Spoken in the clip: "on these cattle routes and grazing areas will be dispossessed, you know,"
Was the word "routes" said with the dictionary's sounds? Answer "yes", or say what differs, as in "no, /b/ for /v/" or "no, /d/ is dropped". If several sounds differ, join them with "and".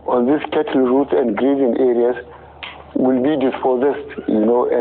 no, /s/ is dropped